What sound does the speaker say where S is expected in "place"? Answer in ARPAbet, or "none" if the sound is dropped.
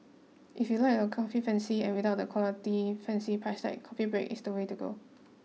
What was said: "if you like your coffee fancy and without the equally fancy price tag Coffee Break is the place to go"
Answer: none